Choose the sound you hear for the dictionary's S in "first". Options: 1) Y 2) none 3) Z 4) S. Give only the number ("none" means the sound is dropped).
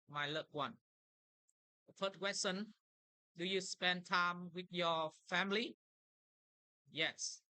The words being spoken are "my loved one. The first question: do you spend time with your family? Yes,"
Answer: 2